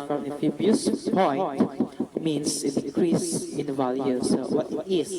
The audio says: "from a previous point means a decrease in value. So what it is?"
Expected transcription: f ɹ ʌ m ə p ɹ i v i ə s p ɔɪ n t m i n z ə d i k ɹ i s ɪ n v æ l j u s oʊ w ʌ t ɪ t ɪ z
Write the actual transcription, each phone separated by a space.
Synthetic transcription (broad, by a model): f ɹ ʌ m ə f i b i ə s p ɔɪ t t m i n s ə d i k ɹ i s ɪ n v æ l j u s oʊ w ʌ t ɪ t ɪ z